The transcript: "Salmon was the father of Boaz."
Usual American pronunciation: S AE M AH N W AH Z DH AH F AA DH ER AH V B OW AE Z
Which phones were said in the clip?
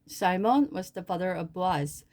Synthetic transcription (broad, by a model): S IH M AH N W AH Z DH AH F AA DH ER AH V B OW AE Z